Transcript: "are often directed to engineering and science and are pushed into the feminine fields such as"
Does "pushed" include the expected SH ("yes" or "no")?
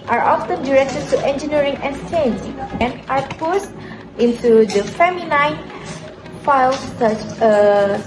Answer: no